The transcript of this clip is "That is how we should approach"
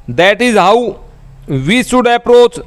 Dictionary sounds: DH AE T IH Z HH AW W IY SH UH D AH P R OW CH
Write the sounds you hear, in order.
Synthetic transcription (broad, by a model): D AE T IH Z HH AW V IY S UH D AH P R OW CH